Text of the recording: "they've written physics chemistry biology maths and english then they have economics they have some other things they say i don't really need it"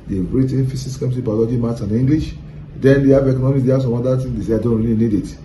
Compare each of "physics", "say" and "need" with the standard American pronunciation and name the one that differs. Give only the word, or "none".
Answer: physics